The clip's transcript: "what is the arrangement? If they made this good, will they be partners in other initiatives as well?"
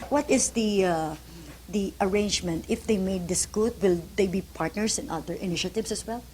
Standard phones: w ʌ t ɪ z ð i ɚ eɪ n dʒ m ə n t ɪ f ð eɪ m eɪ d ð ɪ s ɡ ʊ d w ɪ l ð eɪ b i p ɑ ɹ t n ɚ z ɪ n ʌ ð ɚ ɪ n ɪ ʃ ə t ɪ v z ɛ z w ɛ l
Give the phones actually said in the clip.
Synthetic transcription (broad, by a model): w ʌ t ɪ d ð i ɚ eɪ n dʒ m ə n t ɪ f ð eɪ m eɪ d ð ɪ s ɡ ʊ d w ɪ l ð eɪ b i p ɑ ɹ t n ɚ s ɪ n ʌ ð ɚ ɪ n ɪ ʃ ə t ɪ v s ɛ s w ɛ l